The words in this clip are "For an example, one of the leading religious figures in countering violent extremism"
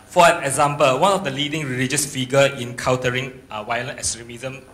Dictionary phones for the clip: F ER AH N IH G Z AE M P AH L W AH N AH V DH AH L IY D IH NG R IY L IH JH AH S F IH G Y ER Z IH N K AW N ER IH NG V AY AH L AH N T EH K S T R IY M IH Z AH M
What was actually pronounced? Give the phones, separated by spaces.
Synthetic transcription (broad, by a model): F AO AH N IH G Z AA M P AH L W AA N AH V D AH L IY D IH NG R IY L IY JH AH S F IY G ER IH N K AW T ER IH NG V AY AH L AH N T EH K S T R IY M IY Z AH M